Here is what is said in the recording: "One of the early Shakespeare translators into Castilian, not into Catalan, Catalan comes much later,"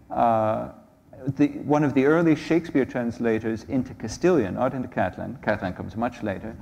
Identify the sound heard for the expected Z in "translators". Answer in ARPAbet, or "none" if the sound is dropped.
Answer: Z